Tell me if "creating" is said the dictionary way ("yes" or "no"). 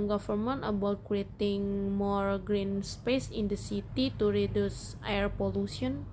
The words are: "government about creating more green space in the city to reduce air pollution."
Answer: no